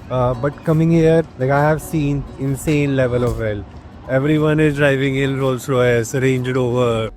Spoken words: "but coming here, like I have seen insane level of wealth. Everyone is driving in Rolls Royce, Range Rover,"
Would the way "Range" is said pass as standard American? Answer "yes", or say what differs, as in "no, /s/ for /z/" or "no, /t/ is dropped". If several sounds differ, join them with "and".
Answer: yes